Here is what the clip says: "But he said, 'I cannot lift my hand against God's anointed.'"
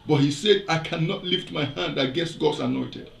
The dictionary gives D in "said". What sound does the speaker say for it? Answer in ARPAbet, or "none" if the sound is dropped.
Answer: D